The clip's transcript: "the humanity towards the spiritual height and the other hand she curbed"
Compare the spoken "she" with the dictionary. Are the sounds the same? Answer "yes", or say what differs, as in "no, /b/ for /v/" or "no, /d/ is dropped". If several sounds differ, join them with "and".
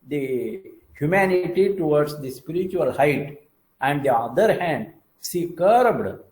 no, /s/ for /ʃ/